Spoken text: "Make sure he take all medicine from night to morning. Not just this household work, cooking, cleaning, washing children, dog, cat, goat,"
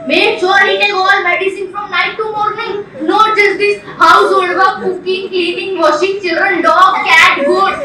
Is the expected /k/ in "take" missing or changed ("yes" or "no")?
yes